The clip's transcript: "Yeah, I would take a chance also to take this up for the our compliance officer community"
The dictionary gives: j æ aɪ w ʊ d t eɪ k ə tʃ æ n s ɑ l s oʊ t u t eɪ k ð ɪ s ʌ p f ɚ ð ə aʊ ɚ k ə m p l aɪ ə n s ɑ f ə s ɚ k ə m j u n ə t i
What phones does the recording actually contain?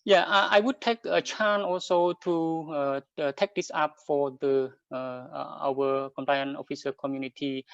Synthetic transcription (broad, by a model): j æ aɪ w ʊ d t eɪ k ə tʃ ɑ n ɑ l s oʊ t u t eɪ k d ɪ s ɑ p f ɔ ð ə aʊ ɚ k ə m p l aɪ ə n ɑ f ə s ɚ k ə m j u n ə t i